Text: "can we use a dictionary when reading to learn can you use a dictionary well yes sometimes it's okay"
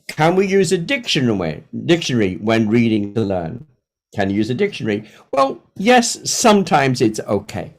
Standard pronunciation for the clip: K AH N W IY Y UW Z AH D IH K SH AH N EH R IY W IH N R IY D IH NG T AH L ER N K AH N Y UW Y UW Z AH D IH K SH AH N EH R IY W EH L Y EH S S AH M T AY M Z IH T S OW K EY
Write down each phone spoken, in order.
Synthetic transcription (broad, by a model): K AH N W IY Y UW Z AH D IH K SH AH N EH R IY W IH N R IY D IH NG T AH L ER N K AH N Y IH Y UW Z AH D IH K SH AH N EH R IY W EH L Y EH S S AH M T AY M Z IH T S OW K EY